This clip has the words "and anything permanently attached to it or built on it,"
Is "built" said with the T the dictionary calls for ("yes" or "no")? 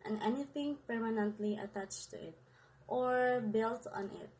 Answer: yes